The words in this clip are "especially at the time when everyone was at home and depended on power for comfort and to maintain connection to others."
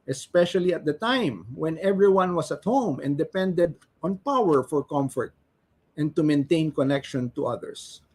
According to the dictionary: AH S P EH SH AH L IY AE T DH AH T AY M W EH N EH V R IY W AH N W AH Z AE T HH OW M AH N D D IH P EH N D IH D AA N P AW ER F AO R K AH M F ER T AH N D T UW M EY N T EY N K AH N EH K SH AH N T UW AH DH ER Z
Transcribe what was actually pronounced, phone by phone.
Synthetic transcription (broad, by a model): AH S P EH SH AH L IY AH T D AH T AY M W EH N EH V R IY W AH N W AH S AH T HH OW M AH N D D IH P EH N D IH D AA N P AW ER F AO R K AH M F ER T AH N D T UW M EY N T EY N K AH N EH K SH AH N T UW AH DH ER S